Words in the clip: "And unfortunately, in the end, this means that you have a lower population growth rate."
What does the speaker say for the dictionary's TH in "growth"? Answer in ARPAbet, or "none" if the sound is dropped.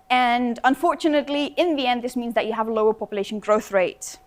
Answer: TH